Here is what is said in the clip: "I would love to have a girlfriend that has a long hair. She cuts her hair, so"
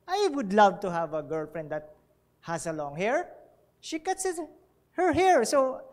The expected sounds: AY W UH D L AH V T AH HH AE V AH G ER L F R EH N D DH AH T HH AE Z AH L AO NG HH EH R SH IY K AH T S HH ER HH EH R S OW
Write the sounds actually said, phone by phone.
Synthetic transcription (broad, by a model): AY W UH D L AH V T AH HH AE V AH G ER L F R EH N D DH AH T HH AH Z AH L AO NG HH EH R SH IY K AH T S HH ER HH EH R S OW